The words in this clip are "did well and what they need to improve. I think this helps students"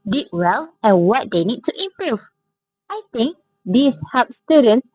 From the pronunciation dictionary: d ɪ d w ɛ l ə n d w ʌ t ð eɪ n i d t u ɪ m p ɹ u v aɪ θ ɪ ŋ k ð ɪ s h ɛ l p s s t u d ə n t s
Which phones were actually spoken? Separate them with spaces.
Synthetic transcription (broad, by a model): d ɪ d w ɛ l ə n w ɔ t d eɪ n i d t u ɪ m p ɹ u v aɪ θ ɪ ŋ k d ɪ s h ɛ p s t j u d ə n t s